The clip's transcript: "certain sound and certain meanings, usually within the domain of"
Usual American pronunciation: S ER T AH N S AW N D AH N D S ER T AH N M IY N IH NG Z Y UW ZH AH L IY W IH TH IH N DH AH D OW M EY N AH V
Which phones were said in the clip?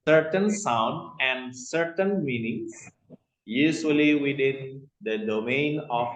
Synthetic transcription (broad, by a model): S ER T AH N S AW N D AH N D S ER T AH N M IY N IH NG S Y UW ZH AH L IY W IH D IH N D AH D OW M EY N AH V